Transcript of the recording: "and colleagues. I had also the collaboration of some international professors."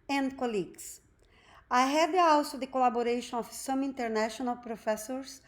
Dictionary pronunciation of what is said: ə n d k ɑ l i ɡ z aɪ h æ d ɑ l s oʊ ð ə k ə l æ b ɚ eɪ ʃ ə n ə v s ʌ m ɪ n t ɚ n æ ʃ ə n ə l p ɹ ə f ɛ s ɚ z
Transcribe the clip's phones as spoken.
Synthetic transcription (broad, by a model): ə n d k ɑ l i ɡ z aɪ h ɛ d ɑ w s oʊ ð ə k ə l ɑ b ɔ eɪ ʃ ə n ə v s ʌ m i n t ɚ n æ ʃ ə n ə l p ɹ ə f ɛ s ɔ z